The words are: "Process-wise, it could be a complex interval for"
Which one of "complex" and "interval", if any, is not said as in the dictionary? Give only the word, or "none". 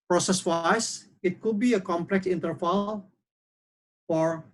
interval